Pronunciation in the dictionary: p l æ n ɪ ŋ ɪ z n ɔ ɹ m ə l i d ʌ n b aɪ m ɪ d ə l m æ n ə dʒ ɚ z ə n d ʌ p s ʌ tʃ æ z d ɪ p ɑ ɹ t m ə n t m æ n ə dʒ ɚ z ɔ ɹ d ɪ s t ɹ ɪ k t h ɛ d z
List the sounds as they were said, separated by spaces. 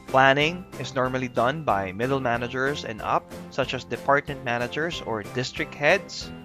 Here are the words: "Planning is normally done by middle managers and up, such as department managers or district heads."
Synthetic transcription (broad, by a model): p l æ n ɪ ŋ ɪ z n ɔ ɹ m ə l i d ʌ n b aɪ m ɪ d ə l m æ n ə dʒ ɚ s ə n d ʌ p s ʌ tʃ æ s d ɪ p ɑ ɹ t m ə n t m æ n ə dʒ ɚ s ɔ ɹ d ɪ s t ɹ ɪ k t h ɛ d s